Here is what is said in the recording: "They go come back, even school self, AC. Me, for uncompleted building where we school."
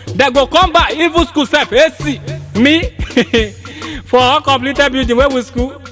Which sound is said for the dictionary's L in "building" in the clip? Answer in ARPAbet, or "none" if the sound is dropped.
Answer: none